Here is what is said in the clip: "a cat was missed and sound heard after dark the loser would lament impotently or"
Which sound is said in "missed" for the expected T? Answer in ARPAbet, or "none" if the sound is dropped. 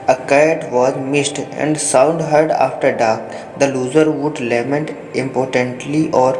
T